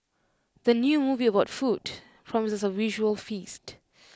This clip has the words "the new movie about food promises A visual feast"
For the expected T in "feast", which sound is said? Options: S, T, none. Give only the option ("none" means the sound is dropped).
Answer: T